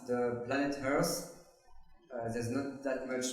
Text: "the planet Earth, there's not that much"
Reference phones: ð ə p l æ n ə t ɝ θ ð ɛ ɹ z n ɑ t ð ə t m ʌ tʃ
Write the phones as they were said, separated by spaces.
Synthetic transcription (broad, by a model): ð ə p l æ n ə t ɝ s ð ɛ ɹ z n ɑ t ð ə t m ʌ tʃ